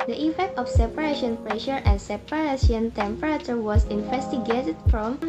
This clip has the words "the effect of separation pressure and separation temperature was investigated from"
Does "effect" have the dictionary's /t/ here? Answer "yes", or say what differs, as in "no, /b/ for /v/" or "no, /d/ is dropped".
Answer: yes